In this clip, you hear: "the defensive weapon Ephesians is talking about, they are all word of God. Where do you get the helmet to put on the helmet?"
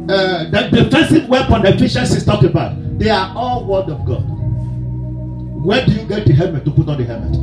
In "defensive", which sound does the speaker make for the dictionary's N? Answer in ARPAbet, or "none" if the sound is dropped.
none